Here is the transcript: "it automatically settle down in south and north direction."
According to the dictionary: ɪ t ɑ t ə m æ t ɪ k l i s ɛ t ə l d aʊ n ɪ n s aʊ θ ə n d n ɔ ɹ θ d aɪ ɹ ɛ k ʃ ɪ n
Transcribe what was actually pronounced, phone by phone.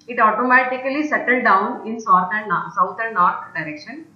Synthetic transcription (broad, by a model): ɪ t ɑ t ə m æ t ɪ k l i s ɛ t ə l d aʊ n ɪ n s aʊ t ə n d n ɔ ɹ t d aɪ ɹ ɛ k ʃ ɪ n